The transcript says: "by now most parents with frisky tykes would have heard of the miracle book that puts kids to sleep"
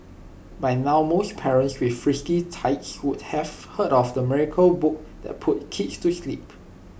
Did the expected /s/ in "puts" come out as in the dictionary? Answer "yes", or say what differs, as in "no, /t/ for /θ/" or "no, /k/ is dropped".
no, /s/ is dropped